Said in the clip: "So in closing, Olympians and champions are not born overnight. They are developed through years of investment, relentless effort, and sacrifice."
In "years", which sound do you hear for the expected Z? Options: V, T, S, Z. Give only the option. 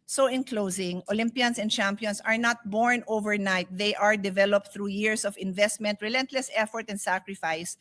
S